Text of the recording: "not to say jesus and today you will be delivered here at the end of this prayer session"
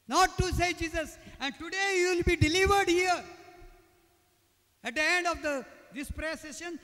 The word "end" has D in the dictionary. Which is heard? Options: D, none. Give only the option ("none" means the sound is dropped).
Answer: D